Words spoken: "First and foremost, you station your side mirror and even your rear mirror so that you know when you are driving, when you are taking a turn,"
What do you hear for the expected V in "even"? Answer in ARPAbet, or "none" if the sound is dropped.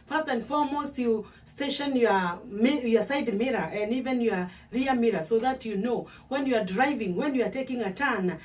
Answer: V